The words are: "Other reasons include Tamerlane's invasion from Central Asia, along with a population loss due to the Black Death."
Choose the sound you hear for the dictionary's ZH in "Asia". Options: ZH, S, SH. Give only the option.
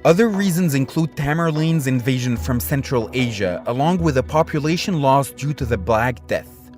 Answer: ZH